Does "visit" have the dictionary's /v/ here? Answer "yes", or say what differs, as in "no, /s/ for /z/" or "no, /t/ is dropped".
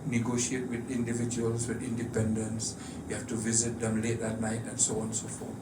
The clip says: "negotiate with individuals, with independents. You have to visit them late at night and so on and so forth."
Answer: yes